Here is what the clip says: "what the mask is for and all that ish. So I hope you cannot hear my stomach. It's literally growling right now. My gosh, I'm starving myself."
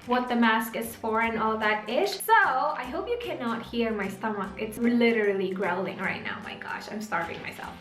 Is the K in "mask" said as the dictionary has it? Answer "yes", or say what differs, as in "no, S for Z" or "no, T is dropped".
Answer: yes